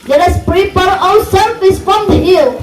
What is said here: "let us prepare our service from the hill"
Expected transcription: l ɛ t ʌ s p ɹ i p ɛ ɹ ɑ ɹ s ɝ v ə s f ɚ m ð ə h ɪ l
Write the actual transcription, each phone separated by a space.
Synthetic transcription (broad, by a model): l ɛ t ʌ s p ɹ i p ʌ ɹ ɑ l s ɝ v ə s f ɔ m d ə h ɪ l